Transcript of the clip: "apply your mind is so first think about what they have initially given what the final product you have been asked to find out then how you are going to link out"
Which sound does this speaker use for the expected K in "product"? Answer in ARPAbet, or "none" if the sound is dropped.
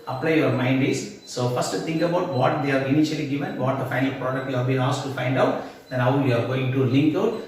K